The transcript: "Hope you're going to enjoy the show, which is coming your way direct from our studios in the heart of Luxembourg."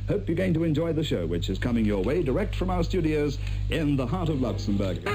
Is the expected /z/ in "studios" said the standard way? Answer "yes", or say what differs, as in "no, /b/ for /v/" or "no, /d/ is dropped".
yes